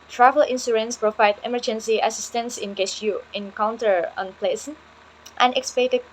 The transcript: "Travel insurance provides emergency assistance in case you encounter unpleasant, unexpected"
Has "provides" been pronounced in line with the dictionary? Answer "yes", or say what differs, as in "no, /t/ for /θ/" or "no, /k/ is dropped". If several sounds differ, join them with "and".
no, /z/ is dropped